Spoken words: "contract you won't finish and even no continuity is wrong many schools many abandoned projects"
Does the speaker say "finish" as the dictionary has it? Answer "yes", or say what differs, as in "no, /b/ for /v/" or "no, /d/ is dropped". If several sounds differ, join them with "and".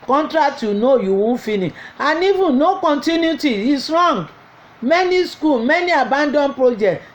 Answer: no, /ʃ/ is dropped